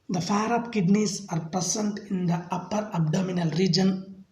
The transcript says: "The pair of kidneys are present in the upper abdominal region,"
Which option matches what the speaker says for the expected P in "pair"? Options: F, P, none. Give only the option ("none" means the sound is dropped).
F